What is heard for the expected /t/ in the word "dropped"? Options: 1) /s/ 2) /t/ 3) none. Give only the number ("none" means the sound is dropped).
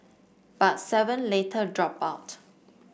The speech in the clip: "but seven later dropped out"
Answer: 3